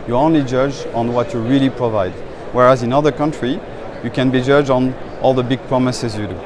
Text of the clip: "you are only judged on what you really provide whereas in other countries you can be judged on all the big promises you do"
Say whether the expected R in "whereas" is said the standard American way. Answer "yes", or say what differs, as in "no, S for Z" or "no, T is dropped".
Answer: yes